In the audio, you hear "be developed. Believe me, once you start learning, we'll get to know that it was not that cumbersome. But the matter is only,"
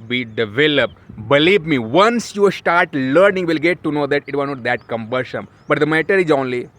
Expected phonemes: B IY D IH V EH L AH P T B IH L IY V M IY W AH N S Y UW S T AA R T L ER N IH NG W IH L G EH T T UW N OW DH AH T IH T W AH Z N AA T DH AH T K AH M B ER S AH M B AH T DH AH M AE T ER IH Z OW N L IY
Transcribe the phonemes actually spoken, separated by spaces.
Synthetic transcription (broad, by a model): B IY D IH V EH L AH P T B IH L IY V M IY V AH N S Y UW S T AA R T L ER N IH NG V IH L G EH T T UW N OW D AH T IH T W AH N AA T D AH T K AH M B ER SH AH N B AH T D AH M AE T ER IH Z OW N L IY